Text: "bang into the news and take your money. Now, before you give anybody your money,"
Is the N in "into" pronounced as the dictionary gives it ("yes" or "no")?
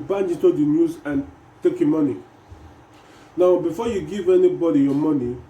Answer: no